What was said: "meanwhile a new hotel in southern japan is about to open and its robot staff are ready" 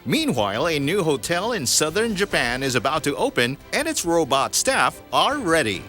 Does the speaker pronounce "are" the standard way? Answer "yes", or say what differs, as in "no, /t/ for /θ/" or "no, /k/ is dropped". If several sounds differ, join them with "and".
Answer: no, /l/ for /ɹ/